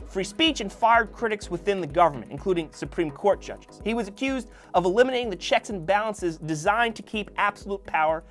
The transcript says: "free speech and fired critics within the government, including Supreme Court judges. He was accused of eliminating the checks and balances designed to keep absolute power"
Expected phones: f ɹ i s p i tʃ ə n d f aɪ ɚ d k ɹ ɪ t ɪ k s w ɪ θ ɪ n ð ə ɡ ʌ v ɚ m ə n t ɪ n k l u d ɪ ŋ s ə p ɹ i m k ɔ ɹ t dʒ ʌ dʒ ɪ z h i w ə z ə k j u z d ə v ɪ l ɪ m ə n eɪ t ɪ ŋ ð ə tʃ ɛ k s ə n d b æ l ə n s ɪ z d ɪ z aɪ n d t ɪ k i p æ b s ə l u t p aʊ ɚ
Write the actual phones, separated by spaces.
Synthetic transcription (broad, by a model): f ɹ i s p i tʃ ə n f aɪ ɚ d k ɹ ɪ t ɪ k s w ɪ θ ɪ n ð ə ɡ ʌ v ɚ m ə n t ɪ n k l u d ɪ ŋ s ə p ɹ i m k ɔ ɹ t dʒ ʌ dʒ ɪ z h i w ə z ə k j u z d ə v ɪ l ɪ m ə n eɪ t ɪ ŋ ð ə tʃ ɛ k s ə n b æ l ə n s ɪ z d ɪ z aɪ n t ɪ k i p æ b s ə l u t p aʊ ɚ